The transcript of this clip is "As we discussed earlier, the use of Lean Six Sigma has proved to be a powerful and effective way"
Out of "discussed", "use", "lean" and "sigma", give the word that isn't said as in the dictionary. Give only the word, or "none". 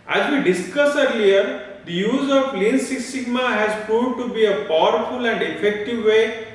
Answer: discussed